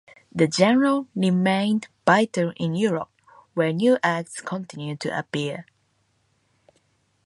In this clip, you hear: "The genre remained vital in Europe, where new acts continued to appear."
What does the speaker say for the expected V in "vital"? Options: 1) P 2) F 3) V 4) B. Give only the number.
4